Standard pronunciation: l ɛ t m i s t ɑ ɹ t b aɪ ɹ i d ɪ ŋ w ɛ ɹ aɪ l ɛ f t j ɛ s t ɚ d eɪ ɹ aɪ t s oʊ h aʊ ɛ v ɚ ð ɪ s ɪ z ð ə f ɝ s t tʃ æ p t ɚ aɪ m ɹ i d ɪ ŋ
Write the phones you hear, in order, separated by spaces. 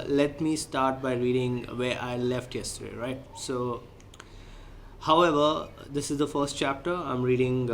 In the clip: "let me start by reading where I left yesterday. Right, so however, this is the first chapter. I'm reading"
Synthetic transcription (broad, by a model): l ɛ t m i s t ɑ ɹ t b aɪ ɹ i d ɪ ŋ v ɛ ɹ aɪ l ɛ f t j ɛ s t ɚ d eɪ ɹ aɪ t s oʊ h aʊ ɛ v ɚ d ɪ s ɪ z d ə f ɝ s t tʃ æ p t ɚ aɪ m ɹ i d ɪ ŋ